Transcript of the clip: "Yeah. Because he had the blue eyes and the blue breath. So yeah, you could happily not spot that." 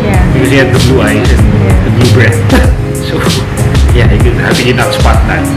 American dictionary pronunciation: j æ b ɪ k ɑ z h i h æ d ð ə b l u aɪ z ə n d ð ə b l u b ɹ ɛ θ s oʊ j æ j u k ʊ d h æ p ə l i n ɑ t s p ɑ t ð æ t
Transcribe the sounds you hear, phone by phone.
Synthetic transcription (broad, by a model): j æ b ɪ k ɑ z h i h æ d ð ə b l u aɪ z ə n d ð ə b l u b ɹ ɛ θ s oʊ j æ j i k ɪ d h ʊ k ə n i n ɑ t s p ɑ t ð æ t